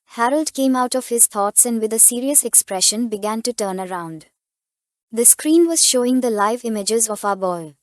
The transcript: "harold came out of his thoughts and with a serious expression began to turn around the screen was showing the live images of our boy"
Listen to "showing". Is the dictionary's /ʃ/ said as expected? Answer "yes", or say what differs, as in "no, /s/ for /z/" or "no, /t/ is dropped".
yes